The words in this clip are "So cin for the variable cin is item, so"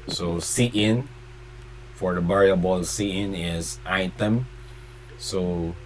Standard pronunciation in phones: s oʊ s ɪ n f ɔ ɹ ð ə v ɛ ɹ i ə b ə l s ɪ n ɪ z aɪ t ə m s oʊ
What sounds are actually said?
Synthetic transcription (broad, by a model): s oʊ s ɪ n f ɔ ɹ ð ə b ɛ ɹ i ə b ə l s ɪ n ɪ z aɪ t ə m s oʊ